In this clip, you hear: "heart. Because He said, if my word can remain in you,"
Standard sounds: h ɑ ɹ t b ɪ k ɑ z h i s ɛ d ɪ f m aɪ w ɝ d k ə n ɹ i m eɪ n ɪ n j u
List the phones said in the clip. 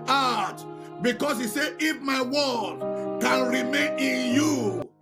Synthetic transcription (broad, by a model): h ɑ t b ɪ k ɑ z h i s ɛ ɪ f m aɪ w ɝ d k ə n ɹ i m eɪ n ɪ n j u